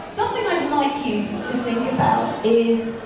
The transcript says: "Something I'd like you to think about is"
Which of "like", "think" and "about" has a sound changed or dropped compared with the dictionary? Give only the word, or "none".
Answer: none